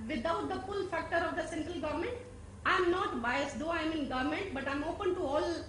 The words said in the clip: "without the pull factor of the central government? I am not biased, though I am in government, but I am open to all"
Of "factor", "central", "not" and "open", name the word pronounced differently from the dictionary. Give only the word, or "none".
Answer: none